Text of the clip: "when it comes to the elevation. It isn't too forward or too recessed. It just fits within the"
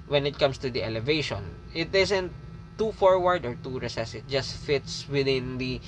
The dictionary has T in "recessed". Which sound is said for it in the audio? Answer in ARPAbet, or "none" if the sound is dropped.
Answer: none